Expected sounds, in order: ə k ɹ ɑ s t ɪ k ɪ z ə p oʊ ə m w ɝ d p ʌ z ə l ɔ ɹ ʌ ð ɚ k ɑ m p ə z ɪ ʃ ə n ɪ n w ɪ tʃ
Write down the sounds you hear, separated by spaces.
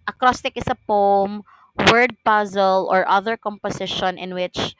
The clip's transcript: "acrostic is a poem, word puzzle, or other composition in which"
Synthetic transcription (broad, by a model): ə k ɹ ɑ s t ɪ k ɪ s ə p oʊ m w ɝ d p ʌ z ə l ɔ ɹ ʌ ð ɚ k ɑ m p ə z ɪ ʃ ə n ɪ n w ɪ tʃ